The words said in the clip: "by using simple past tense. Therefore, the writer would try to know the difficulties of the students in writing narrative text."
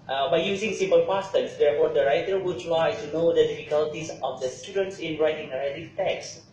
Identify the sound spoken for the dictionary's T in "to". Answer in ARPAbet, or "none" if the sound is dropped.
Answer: S